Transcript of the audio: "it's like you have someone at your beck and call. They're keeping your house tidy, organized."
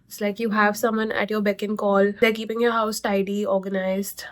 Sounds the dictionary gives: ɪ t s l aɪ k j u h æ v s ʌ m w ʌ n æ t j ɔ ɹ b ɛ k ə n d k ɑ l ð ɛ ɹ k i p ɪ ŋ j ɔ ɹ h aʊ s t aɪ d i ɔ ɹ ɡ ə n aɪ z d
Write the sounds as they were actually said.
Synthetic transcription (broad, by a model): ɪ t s l aɪ k j u h æ v s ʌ m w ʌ n æ t j ɔ ɹ b ɛ k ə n k ɑ l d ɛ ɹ k i p ɪ ŋ j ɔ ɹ h aʊ s t aɪ d i ɔ ɹ ɡ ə n aɪ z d